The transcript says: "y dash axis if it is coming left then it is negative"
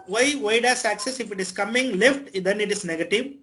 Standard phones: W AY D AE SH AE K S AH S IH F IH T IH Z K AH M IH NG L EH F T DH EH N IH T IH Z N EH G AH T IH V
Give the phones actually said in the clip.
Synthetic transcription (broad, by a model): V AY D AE S AE K S AH S IH F IH T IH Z K AH M IH NG L EH F T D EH N IH T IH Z N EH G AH T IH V